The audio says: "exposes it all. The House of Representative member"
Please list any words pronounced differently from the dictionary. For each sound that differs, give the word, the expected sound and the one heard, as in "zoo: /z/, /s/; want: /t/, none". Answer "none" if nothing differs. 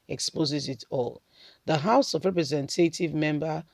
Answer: none